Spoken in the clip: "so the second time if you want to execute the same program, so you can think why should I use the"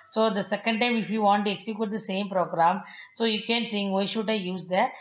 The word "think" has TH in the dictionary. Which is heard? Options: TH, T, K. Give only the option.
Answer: T